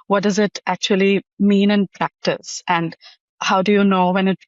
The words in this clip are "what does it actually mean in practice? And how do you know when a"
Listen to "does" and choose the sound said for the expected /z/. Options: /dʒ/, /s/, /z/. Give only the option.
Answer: /z/